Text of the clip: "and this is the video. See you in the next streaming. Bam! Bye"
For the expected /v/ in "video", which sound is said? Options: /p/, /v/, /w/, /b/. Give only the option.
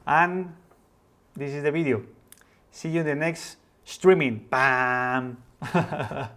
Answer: /b/